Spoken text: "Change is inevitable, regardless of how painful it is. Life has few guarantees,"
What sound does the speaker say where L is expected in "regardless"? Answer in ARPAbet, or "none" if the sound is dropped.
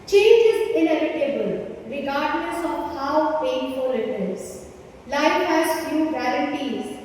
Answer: N